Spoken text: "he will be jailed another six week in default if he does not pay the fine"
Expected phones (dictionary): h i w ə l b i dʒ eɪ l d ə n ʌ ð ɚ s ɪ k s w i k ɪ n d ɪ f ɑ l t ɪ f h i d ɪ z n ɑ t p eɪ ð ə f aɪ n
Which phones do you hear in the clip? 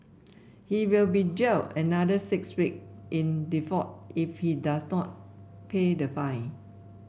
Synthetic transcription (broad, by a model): h i w ə l b i dʒ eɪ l ə n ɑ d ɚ s ɪ k s w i k ɪ n d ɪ f ɑ t ɪ f h i d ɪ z n ɑ t p eɪ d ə f aɪ n